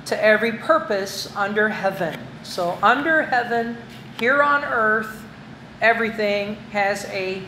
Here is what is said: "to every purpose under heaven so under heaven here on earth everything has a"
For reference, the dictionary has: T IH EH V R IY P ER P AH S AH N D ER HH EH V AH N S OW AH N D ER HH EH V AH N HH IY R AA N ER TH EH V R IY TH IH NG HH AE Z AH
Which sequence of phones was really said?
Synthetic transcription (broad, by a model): T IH EH V R IY P ER P AH S AH N D ER HH EH V AH N S OW AH N D ER HH EH V AH N HH IY R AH N ER TH EH V R IY TH IH NG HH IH Z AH